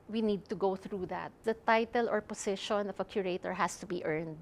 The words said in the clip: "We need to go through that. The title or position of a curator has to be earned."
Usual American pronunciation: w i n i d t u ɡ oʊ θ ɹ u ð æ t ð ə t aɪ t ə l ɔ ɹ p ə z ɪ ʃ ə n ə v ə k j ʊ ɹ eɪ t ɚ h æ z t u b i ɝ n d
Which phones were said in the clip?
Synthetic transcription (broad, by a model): w i n i d t u ɡ oʊ θ ɹ u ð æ t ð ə t aɪ t ə l ɔ ɹ p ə s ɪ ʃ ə n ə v ə k j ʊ ɹ eɪ t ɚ h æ s t u b i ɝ n d